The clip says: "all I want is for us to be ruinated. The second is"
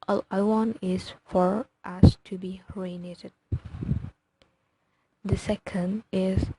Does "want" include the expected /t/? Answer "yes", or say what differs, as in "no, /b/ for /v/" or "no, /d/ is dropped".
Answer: no, /t/ is dropped